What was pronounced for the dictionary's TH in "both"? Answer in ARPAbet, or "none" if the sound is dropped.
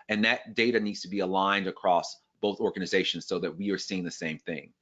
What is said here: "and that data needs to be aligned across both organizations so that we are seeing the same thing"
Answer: TH